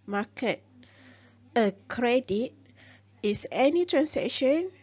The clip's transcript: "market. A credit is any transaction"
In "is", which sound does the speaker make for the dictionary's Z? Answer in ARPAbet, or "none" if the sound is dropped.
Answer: S